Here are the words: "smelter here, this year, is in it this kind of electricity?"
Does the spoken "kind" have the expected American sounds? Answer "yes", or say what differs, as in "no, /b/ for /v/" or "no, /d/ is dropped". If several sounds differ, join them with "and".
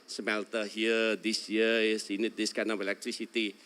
no, /d/ is dropped